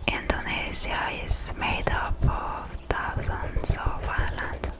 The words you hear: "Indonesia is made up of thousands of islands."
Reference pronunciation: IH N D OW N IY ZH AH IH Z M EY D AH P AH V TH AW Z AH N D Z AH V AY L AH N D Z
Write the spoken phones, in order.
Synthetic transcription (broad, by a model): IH N D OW N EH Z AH IH Z M EY D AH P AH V T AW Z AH N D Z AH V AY L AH N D